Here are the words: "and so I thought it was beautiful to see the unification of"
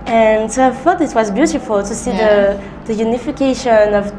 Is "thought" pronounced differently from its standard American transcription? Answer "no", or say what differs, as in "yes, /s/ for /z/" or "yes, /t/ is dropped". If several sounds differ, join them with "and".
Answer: yes, /f/ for /θ/